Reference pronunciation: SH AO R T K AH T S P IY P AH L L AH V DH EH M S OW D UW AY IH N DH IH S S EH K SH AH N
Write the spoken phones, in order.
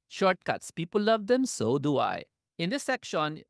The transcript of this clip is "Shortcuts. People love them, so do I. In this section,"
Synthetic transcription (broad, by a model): SH AO R T K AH T S P IY P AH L L AH V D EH M S OW D UW AY IH N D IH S S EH K SH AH N